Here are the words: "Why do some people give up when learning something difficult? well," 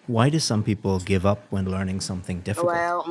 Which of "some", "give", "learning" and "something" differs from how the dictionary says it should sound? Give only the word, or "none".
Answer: none